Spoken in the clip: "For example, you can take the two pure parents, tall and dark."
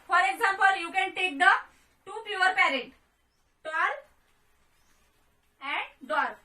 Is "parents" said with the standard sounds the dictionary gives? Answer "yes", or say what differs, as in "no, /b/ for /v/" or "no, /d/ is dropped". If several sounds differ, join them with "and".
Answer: no, /s/ is dropped